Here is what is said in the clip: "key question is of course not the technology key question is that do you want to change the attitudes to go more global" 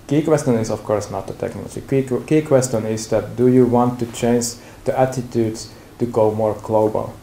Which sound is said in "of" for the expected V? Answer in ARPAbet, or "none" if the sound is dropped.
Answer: F